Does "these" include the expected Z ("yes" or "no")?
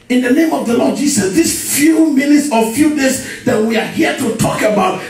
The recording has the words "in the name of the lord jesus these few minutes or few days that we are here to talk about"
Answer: no